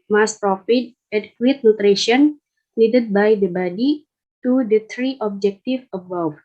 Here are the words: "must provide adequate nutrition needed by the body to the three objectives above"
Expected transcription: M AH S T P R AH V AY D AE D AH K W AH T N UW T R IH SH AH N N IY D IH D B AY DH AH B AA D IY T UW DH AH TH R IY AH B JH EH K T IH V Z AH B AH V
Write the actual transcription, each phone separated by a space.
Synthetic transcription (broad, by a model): M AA S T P R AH F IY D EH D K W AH T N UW T R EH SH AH N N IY D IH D B AY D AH B AA D IY T UW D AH T R IY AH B JH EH K T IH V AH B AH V